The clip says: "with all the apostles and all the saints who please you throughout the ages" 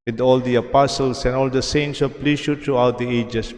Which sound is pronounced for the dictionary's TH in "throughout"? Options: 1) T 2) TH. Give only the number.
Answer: 1